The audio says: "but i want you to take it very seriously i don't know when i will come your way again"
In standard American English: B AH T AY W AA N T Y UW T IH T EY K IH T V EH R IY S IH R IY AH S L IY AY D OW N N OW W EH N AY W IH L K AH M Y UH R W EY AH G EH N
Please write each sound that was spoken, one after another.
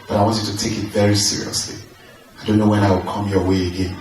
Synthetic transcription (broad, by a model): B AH T AY W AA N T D T IH T EY K IH T V EH R IY S IH R IY AH S L IY AY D OW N N OW W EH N AY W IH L K AH M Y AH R W EY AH G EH N